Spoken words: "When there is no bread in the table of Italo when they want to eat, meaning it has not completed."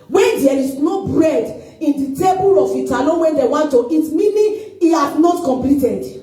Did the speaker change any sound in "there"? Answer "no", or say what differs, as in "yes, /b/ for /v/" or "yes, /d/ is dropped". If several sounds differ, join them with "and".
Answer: yes, /l/ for /ɹ/